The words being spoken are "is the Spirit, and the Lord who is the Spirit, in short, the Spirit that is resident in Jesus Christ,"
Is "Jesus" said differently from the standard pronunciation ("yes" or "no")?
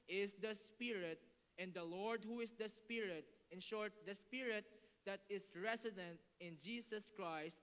yes